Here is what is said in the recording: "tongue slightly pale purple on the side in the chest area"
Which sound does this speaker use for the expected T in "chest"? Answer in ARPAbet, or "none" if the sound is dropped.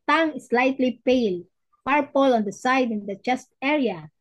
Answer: T